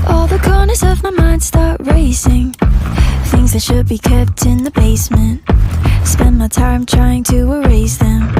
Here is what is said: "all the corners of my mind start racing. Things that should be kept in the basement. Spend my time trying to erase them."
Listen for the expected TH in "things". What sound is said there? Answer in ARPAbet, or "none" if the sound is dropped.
TH